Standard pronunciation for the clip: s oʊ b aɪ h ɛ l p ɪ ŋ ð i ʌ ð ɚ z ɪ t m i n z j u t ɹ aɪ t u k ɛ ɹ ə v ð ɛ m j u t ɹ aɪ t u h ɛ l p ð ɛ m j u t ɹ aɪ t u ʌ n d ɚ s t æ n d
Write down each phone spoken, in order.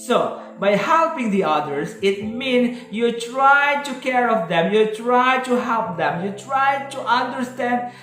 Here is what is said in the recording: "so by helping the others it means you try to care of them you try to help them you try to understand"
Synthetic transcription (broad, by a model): s oʊ b aɪ h ɛ l p ɪ ŋ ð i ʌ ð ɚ s ɪ t m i n s j u t ɹ aɪ t u k ɛ ɹ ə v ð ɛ m j u t ɹ aɪ t u h ɛ l p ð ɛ m j u t ɹ aɪ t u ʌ n d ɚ s t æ n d